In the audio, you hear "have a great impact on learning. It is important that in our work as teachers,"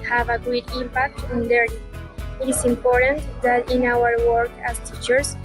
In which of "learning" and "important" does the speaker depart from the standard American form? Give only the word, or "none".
learning